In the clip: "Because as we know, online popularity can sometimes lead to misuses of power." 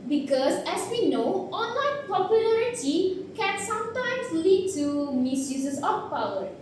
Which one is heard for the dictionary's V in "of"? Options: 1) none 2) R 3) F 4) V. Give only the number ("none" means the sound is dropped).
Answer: 3